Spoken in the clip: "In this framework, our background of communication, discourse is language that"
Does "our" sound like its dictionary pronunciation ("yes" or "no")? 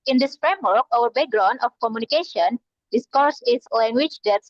no